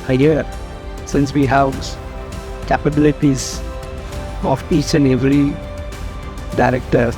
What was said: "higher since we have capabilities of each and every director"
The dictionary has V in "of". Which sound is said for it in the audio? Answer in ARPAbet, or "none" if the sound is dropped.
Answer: P